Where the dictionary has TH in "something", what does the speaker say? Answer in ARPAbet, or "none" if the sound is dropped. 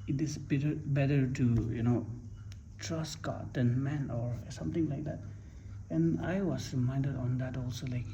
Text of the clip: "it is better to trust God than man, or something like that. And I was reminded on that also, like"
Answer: T